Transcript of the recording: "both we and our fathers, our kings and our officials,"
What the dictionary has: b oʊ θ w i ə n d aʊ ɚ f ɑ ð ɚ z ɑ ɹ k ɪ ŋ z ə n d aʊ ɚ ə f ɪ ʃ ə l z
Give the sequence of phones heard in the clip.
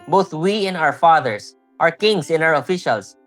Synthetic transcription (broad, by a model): b oʊ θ w i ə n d aʊ ɚ f ɑ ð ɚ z ɑ ɹ k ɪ ŋ s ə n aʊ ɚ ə f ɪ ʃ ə l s